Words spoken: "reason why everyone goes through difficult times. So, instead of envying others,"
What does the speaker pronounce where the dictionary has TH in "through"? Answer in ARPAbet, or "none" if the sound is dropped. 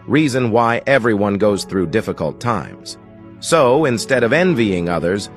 TH